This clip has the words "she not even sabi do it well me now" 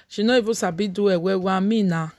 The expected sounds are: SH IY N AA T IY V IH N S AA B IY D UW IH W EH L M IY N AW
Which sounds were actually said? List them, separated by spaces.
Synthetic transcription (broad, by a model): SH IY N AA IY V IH S AA B IY D UW IH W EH W M IY N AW